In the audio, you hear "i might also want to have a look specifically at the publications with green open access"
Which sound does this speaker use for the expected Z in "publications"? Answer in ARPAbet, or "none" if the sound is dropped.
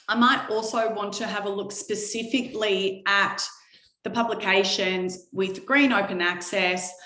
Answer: Z